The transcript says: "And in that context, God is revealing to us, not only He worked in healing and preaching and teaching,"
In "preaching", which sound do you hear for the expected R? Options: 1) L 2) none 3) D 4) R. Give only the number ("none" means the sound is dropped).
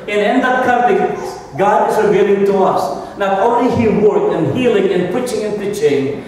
2